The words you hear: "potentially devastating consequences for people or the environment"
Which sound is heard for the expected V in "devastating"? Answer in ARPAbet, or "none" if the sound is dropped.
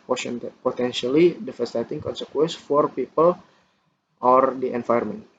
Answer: F